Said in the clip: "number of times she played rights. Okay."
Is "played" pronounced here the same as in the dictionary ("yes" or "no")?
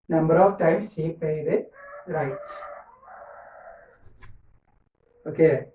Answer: no